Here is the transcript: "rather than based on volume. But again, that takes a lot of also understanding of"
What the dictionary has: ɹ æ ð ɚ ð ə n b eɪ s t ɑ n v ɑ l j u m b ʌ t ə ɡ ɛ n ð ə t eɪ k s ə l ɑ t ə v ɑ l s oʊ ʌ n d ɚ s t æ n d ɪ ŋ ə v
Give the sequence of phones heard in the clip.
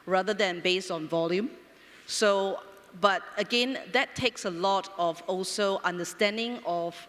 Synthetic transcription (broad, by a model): ɹ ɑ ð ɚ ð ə n b eɪ s t ɑ n v ɑ l j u m b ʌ t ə ɡ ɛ n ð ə t eɪ k s ə l ɑ t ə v ɑ l s oʊ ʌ n d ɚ s t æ n d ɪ ŋ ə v